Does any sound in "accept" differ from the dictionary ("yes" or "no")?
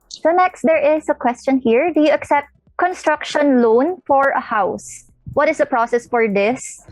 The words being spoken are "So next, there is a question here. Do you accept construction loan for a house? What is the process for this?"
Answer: no